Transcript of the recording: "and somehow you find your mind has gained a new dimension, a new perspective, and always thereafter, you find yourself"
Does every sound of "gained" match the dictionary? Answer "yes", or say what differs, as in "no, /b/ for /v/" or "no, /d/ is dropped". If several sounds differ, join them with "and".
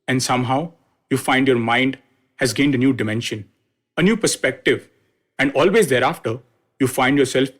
yes